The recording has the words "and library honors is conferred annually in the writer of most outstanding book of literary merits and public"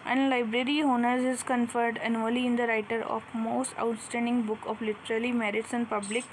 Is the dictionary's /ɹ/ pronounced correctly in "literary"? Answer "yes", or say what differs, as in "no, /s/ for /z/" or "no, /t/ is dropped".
no, /l/ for /ɹ/